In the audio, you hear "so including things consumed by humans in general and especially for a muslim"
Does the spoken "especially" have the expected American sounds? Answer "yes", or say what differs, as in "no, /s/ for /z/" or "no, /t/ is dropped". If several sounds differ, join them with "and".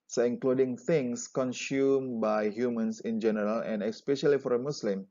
yes